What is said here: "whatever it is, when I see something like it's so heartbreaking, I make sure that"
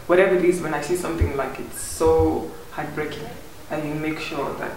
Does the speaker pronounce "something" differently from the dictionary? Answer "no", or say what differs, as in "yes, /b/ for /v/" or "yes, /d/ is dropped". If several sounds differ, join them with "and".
yes, /t/ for /θ/